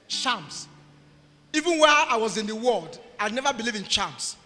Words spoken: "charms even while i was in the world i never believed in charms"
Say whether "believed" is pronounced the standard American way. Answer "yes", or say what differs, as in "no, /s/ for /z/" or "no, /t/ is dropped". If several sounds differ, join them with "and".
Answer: no, /d/ is dropped